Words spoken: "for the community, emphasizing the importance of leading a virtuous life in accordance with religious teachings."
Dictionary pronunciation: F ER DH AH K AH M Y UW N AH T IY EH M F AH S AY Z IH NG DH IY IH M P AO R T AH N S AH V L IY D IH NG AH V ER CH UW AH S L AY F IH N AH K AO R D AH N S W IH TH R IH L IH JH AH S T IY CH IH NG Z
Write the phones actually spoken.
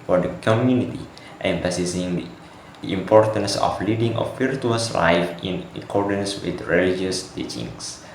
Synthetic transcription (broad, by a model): F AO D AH K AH M Y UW N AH T IY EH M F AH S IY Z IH NG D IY IH M P AO R T AH N S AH F L IY D IH NG AH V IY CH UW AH S L AY F IH N AH K AO R D AH N S W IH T R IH L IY JH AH S T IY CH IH NG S